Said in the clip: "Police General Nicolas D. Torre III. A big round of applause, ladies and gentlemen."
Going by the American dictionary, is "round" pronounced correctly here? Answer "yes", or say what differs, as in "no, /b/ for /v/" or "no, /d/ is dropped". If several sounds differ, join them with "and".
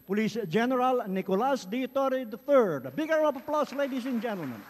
no, /d/ is dropped